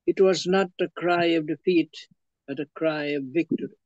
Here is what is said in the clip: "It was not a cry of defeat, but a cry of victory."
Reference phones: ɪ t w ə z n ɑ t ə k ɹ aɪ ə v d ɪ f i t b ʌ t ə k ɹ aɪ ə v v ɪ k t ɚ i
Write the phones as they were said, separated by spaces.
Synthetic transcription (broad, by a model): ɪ t w ə z n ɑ t ə k ɹ aɪ ə v d ɪ f i t b ʌ t ə k ɹ aɪ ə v v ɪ k t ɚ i